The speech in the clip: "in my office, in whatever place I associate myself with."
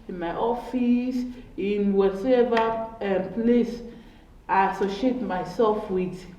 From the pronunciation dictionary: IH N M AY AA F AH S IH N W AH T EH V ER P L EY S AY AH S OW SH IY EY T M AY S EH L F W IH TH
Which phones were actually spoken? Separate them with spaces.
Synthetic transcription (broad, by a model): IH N M AY AA F AH S IH N W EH S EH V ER P L EY S AY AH S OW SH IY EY T M AY S EH L F W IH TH